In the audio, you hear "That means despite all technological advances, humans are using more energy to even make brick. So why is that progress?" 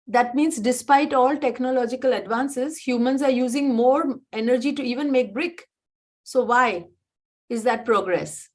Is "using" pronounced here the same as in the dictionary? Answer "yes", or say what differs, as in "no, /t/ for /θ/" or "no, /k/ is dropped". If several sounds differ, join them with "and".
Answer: yes